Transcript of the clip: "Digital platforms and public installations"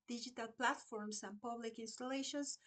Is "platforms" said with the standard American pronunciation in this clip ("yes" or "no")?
no